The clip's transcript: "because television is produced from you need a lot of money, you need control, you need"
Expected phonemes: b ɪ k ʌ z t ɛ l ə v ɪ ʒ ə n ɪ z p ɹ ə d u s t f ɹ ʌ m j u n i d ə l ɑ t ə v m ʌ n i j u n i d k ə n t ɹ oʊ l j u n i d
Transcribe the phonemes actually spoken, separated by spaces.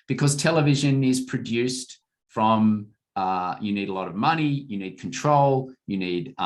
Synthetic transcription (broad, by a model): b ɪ k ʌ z t ɛ l ə v ɪ ʒ ə n ɪ z p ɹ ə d u s t f ɹ ʌ m j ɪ n i d ə l ɑ t ə v m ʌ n i j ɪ n i d k n t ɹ oʊ l j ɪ n i d